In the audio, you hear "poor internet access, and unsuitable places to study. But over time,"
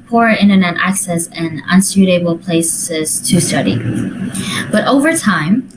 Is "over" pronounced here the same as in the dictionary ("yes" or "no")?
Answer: yes